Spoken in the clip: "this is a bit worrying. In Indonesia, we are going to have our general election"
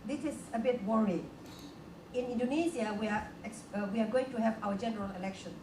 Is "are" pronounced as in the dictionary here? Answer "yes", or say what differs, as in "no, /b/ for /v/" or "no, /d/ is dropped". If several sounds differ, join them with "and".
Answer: no, /w/ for /ɹ/